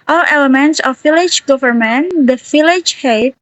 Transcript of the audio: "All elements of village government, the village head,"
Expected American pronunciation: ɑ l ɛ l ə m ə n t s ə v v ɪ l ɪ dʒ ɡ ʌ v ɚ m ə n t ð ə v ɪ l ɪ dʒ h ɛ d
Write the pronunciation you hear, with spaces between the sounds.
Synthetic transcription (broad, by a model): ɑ l ɛ l ə m ə n t s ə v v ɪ l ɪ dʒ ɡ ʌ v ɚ m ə n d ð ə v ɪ l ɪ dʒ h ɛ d